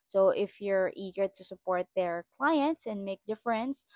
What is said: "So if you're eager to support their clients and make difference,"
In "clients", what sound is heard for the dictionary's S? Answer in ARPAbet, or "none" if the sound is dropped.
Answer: S